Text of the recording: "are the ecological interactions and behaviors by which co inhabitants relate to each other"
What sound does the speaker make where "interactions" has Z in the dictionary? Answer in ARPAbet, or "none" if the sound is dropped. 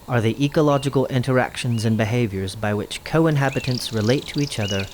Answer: Z